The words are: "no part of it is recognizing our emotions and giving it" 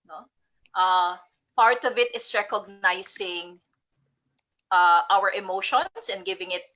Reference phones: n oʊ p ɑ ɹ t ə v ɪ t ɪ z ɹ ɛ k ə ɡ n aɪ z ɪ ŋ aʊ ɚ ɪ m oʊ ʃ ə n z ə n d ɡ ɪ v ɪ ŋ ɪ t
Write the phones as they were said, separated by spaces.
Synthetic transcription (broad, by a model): n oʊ p ɑ ɹ t ə v ɪ t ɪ s ɹ ɛ k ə ɡ n aɪ s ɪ ŋ aʊ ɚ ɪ m oʊ ʃ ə n s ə n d ɡ ɪ v ɪ ŋ ɪ t